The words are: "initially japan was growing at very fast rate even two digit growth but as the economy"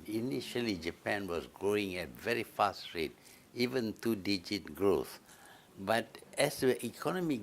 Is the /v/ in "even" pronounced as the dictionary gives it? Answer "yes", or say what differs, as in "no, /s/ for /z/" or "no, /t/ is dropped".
yes